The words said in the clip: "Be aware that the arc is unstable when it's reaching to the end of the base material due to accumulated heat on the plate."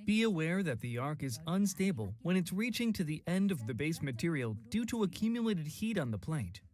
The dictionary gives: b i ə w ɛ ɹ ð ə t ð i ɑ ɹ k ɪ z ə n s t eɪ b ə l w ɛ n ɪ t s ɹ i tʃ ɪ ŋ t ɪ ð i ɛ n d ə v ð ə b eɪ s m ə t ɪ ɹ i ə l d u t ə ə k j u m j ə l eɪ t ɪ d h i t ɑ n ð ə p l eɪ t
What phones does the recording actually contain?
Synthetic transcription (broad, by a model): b i ə w ɛ ɹ ð ə t ð i ɑ ɹ k ɪ z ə n s t eɪ b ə l w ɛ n ɪ t s ɹ i tʃ ɪ ŋ t ɪ ð i ɛ n d ə v ð ə b eɪ s m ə t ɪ ɹ i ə l d u t ə ə k j u m j ə l eɪ t ɪ d h i t n ð ə p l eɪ t